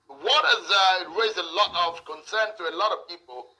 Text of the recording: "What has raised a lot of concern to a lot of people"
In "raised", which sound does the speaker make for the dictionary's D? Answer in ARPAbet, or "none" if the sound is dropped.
none